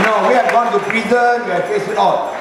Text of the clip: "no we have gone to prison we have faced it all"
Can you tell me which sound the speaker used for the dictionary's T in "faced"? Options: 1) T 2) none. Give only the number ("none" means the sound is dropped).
2